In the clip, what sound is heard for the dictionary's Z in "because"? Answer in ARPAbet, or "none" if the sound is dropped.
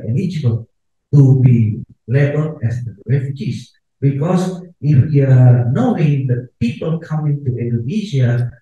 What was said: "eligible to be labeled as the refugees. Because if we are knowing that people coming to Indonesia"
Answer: S